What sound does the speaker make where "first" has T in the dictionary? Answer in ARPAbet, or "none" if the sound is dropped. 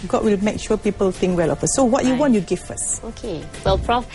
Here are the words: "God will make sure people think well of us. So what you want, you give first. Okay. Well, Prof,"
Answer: none